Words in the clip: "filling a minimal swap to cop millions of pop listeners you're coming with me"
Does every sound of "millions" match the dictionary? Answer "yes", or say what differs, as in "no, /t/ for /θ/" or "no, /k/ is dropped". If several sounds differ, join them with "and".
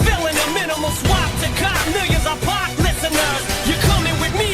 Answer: no, /l/ is dropped and /n/ is dropped